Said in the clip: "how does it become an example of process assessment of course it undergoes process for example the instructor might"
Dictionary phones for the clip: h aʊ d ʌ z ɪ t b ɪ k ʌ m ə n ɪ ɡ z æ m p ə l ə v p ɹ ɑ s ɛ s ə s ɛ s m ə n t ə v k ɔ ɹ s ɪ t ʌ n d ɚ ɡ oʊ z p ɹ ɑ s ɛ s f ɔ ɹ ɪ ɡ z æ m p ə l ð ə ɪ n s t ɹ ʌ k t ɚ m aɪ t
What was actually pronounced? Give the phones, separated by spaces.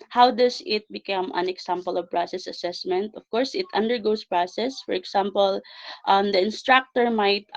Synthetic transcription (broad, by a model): h aʊ d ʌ s ɪ t b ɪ k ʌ m ə n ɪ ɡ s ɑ m p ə l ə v p ɹ ɑ s ɛ s ə s ɛ s m ə n t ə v k ɔ ɹ s ɪ t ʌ n d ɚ ɡ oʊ s p ɹ ɑ s ɛ s f ɔ ɹ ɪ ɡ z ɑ m p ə l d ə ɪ n s t ɹ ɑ k t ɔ m aɪ t